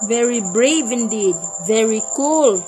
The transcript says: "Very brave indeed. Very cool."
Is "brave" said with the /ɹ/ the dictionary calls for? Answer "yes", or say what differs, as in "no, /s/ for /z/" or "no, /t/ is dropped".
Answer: yes